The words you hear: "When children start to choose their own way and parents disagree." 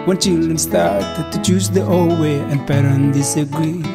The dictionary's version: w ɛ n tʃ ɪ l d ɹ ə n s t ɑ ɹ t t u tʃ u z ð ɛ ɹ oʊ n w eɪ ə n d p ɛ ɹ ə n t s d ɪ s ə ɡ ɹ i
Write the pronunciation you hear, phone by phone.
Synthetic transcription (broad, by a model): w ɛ n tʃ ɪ l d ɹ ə n s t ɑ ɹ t t u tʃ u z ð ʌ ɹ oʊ l w eɪ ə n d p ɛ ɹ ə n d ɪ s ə ɡ ɹ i